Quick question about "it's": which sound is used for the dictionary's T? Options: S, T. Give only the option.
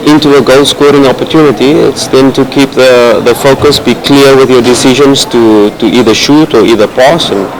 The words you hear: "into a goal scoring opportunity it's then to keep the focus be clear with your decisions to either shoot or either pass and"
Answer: T